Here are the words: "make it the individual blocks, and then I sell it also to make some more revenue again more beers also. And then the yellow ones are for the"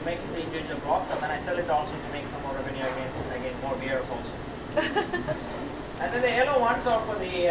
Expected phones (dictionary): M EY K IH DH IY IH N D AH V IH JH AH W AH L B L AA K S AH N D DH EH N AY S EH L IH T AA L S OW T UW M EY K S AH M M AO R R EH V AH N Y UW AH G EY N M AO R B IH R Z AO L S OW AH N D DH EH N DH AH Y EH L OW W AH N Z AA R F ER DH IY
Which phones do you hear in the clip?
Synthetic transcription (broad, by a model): M EY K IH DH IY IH N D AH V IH JH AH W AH L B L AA K S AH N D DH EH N AY S EH L IH T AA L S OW T UW M EY K S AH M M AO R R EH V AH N Y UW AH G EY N M AO R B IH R S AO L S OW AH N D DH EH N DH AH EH L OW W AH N S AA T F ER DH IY